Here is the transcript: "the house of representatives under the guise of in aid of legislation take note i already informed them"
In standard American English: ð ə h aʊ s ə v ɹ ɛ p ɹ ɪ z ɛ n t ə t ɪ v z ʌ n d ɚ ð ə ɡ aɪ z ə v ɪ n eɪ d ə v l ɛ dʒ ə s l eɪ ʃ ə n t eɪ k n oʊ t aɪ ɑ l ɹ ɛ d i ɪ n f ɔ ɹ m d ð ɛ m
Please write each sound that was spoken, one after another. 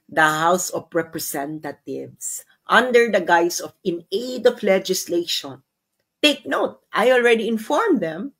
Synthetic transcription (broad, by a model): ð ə h aʊ s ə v ɹ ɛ p ɹ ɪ s ɛ n t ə t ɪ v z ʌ n d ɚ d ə ɡ aɪ s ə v ɪ n eɪ d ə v l ɛ dʒ ə s l eɪ ʃ ə n t eɪ k n oʊ t aɪ ɑ l ɹ ɛ d i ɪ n f ɔ ɹ m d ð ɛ m